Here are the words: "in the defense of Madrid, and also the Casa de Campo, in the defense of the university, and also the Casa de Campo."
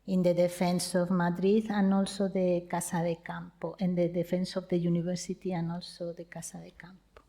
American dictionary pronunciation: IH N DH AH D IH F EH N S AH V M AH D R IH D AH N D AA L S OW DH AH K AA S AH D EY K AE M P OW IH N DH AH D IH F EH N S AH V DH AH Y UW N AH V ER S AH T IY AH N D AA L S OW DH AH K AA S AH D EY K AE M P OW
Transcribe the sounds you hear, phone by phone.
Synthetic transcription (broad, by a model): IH N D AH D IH F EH N S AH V M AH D R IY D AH N AA L S OW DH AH K AA S AH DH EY K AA M P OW IH N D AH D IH F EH N S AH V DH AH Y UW N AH B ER S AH T IY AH N AA L S OW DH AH K AA S AH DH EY K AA M P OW